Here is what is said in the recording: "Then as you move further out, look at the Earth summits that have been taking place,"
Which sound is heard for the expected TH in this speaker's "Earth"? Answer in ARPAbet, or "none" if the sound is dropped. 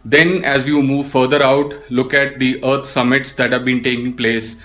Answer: T